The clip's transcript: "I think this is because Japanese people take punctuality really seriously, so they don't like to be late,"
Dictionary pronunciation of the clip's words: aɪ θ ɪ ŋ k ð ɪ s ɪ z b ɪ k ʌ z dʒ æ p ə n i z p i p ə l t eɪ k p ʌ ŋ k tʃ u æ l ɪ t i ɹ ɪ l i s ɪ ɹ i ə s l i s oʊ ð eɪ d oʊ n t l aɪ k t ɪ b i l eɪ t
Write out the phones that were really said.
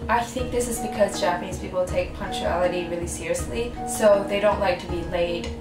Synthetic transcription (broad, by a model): aɪ θ ɪ ŋ k ð ɪ s ɪ z b ɪ k ʌ z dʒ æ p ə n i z p i p l t eɪ k p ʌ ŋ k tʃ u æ l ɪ t i ɹ ɪ l i s ɪ ɹ i ə s l i s oʊ ð eɪ d oʊ n t l aɪ k t ɪ b i l eɪ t